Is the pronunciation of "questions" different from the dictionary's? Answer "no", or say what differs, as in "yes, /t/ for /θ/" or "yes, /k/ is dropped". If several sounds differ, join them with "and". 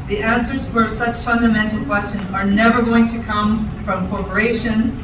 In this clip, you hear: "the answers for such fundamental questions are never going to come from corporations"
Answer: no